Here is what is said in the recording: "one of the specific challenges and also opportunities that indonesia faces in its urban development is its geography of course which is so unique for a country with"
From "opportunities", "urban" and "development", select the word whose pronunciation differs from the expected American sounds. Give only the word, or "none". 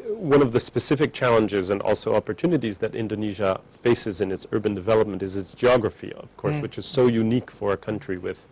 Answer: none